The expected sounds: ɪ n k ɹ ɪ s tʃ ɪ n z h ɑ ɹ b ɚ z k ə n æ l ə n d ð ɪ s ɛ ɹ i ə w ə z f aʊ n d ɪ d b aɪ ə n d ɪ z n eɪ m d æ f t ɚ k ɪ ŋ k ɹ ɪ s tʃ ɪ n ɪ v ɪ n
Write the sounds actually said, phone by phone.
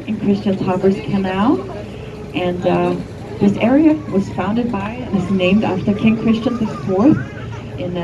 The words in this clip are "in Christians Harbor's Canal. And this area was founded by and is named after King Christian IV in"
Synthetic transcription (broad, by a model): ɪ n k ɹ ɪ s tʃ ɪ n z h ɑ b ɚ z k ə n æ l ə n ð ɪ s ɛ ɹ i ə w ə z f aʊ n d ɪ d b aɪ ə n ɪ z n eɪ m d æ f t ɚ k ɪ ŋ k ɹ ɪ s tʃ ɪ n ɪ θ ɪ n